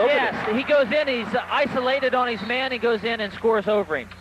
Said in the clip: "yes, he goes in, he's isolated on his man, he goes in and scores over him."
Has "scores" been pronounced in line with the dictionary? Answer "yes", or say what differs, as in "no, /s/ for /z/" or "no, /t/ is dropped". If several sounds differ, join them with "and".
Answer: yes